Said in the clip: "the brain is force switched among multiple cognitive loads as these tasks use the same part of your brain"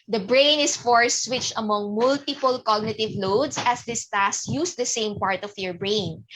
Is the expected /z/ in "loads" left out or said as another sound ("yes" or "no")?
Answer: yes